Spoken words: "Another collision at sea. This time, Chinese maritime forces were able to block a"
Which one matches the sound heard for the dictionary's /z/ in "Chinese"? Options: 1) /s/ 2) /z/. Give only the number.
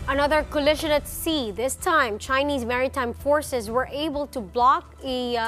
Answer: 2